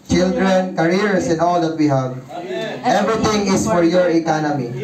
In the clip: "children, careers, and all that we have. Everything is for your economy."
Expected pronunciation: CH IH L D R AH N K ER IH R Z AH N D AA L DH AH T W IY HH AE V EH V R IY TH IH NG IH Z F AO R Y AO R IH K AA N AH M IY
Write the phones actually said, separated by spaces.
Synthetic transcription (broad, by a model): CH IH L D R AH N K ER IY R S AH N AA L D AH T W IY HH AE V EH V R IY T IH NG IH S F AO R Y AO R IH K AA N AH M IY